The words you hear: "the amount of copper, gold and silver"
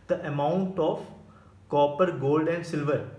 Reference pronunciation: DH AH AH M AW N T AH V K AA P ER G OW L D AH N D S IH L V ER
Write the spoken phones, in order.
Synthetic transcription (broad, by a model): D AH AH M AW N T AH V K AA P ER G OW L D AH N D S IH L V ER